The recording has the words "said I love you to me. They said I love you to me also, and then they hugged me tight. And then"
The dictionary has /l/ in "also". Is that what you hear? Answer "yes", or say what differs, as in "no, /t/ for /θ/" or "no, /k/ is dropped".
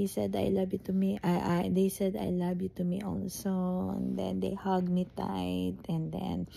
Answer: no, /n/ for /l/